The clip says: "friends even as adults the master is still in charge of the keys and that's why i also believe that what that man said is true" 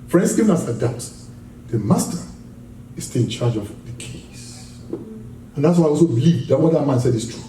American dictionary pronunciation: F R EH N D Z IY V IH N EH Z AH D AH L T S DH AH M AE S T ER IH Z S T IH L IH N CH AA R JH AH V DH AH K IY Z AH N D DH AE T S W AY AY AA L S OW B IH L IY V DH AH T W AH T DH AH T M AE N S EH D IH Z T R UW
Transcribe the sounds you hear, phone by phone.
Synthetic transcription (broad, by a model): F R EH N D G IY V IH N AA S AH D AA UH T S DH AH M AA S T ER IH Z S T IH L IH N CH AA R JH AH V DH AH K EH S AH N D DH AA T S W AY AY AA L S OW B IH L IY V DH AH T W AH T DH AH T M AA N S EH D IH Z T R UW